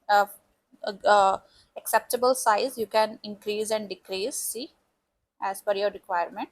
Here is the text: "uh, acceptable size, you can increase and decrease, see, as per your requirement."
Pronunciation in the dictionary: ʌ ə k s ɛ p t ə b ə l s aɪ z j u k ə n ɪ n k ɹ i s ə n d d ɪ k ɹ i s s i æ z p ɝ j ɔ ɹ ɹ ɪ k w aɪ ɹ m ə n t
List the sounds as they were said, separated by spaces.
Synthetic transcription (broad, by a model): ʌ ə k s ɛ p t ə b ə l s aɪ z j u k ə n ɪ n k ɹ i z ə n d d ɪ k ɹ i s s i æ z f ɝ j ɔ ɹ ɹ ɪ k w aɪ ɹ m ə n t